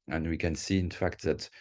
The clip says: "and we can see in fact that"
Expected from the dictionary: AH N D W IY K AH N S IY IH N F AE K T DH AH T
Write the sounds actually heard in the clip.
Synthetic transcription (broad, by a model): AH N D W IY K AH N S IY IH N F AE K T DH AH T